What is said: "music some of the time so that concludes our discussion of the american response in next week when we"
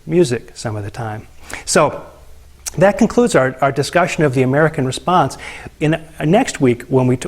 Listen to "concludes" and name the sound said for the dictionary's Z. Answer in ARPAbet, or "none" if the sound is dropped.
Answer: Z